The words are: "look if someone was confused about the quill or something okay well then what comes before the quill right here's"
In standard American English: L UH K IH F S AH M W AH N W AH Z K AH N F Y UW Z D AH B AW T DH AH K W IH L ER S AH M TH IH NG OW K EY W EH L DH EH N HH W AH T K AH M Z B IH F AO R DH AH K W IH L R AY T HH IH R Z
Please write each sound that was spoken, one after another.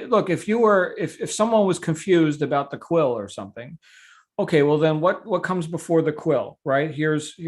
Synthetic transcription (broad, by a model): L UH K IH F S AH M W AH N W AH Z K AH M F Y UW Z D AH B AW T DH AH K W IH L ER S AH M TH IH NG OW K EY W EH L DH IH N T W AH T K AH M Z B IH F AO R DH AH K W IH L R AY T HH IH R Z